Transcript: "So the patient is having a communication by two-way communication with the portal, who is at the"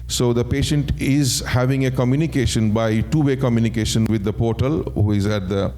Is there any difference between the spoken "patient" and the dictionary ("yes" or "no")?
no